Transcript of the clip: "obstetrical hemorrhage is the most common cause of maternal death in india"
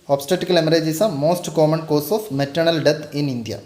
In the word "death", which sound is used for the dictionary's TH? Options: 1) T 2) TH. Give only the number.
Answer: 1